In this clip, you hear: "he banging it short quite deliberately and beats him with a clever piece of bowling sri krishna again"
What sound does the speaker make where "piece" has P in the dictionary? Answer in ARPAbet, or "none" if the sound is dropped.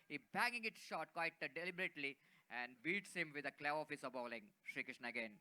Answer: F